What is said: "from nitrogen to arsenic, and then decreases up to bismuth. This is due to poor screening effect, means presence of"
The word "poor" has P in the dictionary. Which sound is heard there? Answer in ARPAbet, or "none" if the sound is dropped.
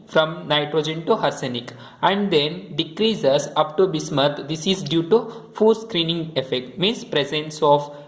F